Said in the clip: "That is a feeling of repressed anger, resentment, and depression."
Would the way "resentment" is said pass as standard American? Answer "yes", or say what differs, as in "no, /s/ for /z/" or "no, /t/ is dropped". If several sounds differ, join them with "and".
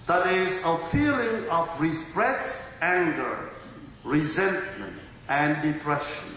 yes